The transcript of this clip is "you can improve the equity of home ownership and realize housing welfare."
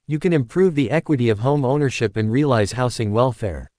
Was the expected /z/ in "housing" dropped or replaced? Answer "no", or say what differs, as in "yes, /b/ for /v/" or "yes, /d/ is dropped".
yes, /s/ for /z/